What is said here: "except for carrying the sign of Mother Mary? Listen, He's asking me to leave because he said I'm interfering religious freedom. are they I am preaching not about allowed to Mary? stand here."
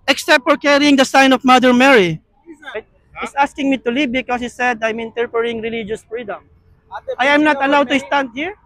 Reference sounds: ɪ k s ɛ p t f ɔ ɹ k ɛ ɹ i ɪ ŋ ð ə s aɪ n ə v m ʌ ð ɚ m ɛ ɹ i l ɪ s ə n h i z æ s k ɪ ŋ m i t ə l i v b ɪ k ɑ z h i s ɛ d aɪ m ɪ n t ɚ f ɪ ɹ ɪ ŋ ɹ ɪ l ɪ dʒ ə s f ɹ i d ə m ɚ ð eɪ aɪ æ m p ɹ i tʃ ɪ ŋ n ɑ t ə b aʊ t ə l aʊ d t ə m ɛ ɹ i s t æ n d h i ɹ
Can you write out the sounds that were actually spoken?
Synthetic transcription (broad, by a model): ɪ k s ɛ p t f ɔ ɹ k ɛ ɹ i ɪ ŋ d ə s aɪ n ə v m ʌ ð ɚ m ɛ ɹ i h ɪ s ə s k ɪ ŋ m i t ə l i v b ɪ k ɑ s h i s ɛ d aɪ m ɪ n t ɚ p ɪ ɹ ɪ ŋ ɹ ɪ l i dʒ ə s f ɹ i d ə m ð aɪ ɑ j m n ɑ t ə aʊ t ə l aʊ d t ə s t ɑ n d h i ɹ